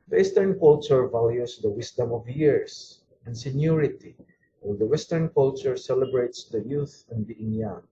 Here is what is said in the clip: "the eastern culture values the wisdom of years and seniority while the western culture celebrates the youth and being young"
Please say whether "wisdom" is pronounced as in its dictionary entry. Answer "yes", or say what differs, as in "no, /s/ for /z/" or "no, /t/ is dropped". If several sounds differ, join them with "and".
no, /s/ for /z/